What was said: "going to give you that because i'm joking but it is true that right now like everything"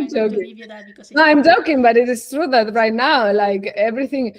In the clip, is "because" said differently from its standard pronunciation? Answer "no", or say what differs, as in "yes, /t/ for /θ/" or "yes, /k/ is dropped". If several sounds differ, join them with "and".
yes, /k/ is dropped and /z/ is dropped